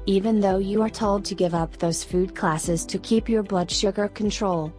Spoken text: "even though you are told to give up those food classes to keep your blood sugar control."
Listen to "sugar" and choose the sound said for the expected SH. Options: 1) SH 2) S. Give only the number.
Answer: 1